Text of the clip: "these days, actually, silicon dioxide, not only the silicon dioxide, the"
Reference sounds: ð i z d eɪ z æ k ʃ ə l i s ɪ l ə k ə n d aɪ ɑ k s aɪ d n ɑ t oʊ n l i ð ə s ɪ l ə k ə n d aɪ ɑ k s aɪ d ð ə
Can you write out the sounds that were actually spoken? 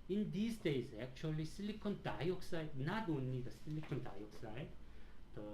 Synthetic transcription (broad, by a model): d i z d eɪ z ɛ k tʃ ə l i s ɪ l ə k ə n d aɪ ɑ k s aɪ n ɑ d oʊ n i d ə s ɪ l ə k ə n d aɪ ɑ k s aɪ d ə